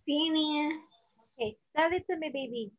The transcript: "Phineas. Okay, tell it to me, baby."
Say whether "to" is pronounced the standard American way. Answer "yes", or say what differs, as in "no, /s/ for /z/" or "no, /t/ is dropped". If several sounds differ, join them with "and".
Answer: no, /s/ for /t/